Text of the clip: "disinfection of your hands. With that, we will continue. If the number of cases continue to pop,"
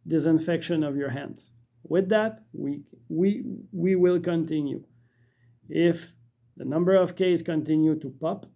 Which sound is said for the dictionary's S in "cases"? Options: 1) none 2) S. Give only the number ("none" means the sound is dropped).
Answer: 1